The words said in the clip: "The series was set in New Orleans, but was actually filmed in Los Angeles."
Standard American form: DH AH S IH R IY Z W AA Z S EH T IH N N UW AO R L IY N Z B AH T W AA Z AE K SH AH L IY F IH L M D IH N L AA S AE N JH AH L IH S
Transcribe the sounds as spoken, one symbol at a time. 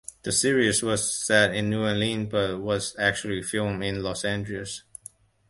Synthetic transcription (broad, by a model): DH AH S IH R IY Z W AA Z S EH T IH N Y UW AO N L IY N B AH T W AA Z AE K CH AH L IY F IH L M IH N L AA S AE N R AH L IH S